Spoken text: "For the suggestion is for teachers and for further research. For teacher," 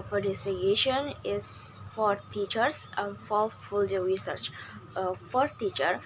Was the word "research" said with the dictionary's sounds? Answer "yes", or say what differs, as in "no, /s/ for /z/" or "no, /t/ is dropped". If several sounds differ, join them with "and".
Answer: yes